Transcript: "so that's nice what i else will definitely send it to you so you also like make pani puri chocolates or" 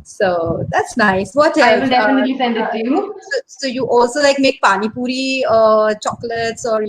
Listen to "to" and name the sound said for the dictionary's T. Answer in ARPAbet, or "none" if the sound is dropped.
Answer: S